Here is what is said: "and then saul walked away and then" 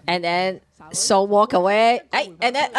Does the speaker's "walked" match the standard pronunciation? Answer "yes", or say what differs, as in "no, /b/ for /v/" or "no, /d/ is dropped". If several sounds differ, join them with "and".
no, /t/ is dropped